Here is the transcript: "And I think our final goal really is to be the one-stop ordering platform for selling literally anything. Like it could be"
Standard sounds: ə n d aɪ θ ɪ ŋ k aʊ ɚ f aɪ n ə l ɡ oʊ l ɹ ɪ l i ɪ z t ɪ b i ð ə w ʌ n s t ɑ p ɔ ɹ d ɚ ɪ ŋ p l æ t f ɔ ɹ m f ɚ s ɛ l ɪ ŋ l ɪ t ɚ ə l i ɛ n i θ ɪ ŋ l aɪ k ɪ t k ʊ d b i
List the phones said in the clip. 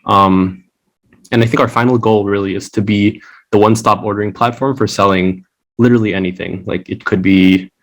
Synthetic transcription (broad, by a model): ə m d aɪ θ ɪ ŋ k aʊ ɚ f aɪ n l ɡ oʊ l ɹ ɪ l i ɪ z t ɪ b i ð ə w ʌ n s t ɑ p ɔ ɹ d ɚ ɪ ŋ p l æ t f ɔ ɹ m f ɚ s ɛ l ɪ ŋ l ɪ t ɚ l i ɛ n i θ ɪ ŋ l aɪ k ɪ t k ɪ d b i